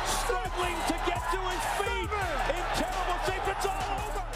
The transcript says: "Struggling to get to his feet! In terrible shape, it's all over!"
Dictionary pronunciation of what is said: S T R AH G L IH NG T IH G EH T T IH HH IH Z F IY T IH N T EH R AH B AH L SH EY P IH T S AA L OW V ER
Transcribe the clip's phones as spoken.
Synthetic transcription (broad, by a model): S T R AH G L IH NG T IH G EH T T IH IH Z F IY IH N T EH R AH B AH L S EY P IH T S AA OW